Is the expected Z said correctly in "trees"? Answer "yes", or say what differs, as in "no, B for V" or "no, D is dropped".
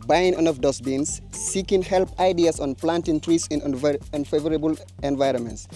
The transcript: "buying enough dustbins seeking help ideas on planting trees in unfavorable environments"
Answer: no, S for Z